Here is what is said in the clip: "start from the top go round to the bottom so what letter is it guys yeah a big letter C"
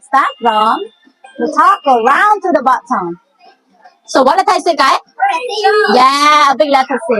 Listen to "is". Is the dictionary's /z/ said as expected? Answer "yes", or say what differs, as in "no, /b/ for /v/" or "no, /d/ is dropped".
no, /s/ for /z/